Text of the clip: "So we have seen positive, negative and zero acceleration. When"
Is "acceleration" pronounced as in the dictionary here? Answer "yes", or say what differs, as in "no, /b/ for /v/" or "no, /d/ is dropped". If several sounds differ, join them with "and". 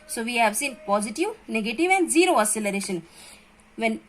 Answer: no, /k/ is dropped